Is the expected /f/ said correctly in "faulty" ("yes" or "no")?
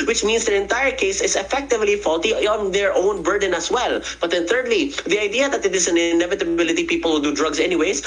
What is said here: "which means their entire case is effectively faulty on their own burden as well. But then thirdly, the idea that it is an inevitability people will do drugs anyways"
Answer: yes